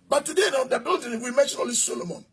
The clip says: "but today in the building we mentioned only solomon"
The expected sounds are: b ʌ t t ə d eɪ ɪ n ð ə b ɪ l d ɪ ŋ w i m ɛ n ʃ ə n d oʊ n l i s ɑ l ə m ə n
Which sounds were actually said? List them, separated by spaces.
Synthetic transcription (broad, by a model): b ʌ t t ə d eɪ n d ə b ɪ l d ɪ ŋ w i m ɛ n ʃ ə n oʊ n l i s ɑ l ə m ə n